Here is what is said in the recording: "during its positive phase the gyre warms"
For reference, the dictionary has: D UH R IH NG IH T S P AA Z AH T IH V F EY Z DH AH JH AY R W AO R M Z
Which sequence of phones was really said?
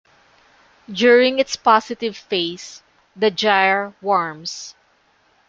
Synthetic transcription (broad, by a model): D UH R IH NG IH T S P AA S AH T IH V F EY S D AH JH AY R W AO R M S